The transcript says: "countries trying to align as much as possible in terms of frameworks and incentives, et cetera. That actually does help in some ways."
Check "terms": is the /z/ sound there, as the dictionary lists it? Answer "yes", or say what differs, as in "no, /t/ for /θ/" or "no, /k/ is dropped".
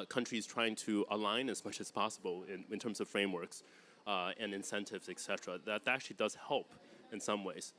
yes